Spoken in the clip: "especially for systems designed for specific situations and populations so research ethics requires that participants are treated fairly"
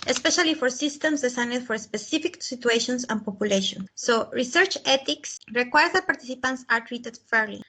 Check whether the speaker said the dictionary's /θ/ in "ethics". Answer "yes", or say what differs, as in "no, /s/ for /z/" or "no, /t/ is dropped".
no, /t/ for /θ/